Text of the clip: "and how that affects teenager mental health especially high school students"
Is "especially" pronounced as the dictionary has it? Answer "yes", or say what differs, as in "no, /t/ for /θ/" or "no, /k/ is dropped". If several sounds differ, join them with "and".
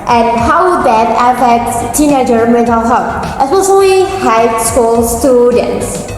no, /s/ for /ʃ/